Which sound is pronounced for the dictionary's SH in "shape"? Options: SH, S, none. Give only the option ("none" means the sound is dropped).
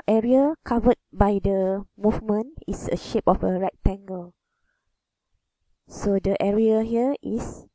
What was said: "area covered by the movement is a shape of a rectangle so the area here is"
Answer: SH